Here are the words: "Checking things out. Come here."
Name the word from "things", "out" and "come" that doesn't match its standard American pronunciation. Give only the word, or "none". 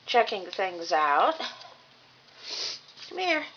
none